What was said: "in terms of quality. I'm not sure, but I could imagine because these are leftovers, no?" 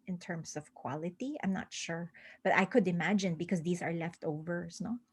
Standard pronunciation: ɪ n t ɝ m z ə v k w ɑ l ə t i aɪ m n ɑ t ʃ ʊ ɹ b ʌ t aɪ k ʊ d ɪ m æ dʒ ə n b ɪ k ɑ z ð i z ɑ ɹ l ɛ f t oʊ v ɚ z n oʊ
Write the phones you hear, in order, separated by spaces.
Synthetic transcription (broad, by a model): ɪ n t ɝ m s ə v k w ɑ l ə t i aɪ m n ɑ t ʃ ʊ ɹ b ʌ t aɪ k ʊ d ɪ m æ dʒ ə n b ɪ k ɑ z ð i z ɑ ɹ l ɛ f t oʊ v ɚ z n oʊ